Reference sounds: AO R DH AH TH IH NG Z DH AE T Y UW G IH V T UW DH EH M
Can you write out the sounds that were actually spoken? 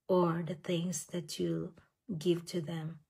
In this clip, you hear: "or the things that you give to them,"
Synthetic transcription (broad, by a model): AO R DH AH T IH NG S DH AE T Y UW G IH V T UW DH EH M